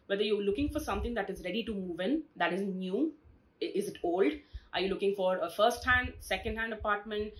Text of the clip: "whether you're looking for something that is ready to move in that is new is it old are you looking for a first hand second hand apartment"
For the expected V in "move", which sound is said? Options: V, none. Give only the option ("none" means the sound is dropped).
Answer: V